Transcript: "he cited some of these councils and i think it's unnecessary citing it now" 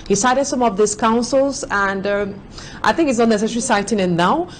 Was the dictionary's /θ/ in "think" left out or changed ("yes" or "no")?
no